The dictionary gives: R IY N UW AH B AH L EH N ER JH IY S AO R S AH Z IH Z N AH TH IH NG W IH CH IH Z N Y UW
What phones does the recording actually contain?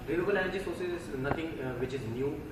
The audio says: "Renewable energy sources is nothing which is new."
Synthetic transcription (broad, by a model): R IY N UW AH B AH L EH N ER JH IY S AO R S AH Z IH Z N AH T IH NG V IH CH IH Z N Y UW